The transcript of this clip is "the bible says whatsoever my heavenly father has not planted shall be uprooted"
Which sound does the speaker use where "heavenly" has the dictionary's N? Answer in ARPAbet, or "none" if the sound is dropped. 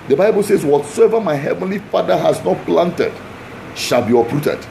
N